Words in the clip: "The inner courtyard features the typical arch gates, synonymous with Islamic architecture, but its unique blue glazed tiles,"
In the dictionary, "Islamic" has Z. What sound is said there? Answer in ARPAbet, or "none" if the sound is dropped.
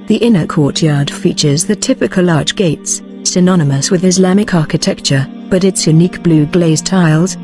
Z